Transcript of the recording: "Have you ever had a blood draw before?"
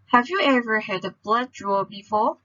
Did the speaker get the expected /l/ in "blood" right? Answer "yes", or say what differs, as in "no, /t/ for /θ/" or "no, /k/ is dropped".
yes